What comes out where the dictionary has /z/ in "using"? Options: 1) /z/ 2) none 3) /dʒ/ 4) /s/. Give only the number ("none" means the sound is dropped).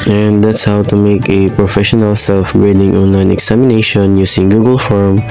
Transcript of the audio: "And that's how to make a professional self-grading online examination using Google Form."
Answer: 4